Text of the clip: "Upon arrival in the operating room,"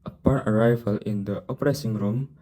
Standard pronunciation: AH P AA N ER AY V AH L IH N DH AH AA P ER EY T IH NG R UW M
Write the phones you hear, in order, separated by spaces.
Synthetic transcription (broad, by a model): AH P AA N ER AY V AH L IH N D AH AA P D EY S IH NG R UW M